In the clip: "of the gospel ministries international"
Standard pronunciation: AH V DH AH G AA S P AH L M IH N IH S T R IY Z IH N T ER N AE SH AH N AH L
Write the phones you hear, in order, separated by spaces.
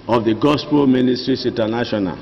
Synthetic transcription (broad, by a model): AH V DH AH G AA S P AH L M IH N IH S T R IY S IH N T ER N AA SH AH N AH L